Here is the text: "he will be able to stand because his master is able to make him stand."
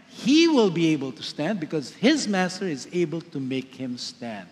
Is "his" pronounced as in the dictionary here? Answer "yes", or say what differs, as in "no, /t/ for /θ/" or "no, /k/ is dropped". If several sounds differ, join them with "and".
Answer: yes